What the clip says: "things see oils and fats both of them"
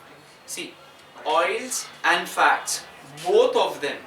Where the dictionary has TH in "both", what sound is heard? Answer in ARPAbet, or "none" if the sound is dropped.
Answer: T